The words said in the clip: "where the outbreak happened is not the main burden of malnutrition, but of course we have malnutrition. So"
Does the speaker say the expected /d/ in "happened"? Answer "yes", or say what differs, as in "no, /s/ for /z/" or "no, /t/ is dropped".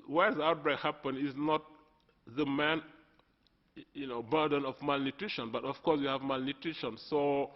no, /d/ is dropped